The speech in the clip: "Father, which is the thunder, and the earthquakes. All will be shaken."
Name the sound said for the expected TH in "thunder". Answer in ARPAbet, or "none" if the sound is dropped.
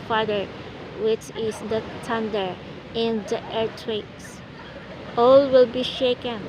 T